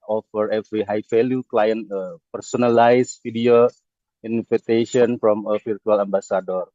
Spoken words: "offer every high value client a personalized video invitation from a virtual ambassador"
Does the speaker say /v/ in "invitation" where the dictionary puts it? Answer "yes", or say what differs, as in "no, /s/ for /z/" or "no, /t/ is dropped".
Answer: no, /f/ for /v/